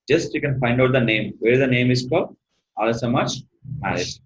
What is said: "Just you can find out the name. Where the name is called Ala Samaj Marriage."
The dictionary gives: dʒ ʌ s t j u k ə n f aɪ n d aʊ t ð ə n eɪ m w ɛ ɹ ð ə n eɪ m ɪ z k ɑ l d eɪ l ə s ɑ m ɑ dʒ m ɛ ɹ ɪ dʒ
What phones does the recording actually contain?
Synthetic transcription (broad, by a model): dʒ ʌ s t j u k ə n f aɪ n d aʊ t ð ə n eɪ m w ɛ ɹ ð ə n eɪ m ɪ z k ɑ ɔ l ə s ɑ m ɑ tʃ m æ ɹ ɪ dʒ